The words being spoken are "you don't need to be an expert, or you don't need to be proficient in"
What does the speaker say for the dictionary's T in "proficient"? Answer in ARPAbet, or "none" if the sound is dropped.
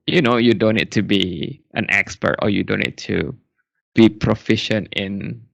T